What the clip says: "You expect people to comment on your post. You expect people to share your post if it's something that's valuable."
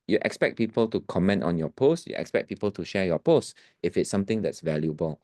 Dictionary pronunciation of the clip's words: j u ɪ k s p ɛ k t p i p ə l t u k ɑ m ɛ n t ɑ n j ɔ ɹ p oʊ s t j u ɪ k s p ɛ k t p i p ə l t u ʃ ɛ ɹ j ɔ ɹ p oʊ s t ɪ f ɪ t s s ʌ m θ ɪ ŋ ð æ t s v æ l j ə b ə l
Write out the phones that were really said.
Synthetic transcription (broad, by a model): j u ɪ k s p ɛ k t p i p ə l t u k ɑ m ɛ n t ɑ n j ɔ p oʊ s t j u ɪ k s p ɛ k p i p ə l t u ʃ ɛ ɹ j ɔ p oʊ s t ɪ f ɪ t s s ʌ m t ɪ ŋ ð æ t s v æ l j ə b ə l